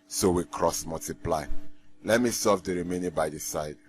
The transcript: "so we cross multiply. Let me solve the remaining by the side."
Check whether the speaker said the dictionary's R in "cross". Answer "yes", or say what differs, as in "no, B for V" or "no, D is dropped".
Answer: yes